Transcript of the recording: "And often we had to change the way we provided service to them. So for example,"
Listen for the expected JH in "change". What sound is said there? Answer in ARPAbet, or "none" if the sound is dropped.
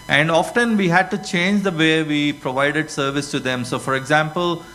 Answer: JH